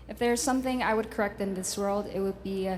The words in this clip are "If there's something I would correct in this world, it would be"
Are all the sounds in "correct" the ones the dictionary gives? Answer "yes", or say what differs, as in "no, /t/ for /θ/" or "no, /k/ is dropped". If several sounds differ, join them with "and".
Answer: yes